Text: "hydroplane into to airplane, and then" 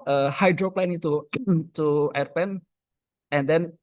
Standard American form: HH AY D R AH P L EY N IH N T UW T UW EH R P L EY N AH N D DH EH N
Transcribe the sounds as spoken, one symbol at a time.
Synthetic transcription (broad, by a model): HH AY D R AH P L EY N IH T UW T UW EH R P EY N AH N D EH N